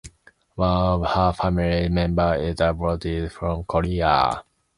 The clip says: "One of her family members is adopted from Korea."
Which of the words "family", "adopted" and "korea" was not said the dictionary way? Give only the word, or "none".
adopted